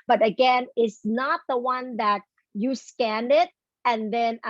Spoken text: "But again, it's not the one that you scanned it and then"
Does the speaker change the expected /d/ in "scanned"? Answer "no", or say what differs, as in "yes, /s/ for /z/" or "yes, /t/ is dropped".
no